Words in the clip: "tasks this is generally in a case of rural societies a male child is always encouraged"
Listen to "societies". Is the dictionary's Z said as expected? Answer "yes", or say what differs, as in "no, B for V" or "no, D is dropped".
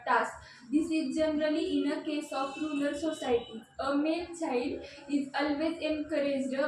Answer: no, Z is dropped